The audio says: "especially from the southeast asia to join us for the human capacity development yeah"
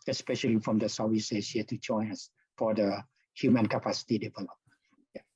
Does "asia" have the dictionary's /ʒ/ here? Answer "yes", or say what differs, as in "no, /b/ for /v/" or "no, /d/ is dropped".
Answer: no, /s/ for /ʒ/